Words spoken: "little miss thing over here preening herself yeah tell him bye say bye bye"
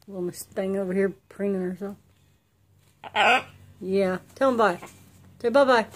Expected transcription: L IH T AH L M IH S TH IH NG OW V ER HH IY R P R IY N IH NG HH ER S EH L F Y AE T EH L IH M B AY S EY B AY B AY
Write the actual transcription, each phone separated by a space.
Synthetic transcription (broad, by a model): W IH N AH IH S T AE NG OW V ER HH IY R P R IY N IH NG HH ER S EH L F Y AE T EH L IH M B AY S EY B AY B AY